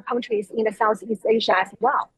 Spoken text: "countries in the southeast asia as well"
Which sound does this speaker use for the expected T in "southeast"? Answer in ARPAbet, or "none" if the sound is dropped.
T